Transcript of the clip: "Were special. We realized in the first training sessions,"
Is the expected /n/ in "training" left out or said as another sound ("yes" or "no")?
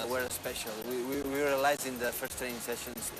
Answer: yes